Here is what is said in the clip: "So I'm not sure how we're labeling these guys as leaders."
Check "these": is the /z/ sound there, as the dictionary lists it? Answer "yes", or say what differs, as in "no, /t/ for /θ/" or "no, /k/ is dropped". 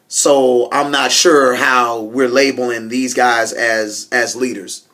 yes